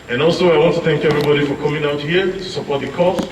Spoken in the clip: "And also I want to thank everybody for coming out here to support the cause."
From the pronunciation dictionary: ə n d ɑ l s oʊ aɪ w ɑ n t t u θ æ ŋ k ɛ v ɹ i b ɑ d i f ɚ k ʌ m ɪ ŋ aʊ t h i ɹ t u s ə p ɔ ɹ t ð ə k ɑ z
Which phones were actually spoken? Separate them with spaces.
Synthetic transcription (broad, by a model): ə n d ɑ l s oʊ aɪ w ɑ n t t u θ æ ŋ k ɛ v ɹ i b ɑ d i f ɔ k ʌ m ɪ ŋ aʊ t h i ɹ t u s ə p ɔ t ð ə k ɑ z